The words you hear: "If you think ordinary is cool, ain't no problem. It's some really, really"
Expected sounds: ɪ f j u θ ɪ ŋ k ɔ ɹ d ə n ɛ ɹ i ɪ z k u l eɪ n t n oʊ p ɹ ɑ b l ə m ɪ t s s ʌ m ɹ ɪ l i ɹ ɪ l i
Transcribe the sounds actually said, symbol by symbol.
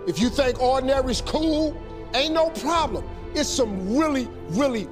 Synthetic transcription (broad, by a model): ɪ f j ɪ θ ɪ ŋ k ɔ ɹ d n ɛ ɹ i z k u l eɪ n n oʊ p ɹ ɑ b l ə m ɪ t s s ʌ m ɹ ɪ l i ɹ ɪ l i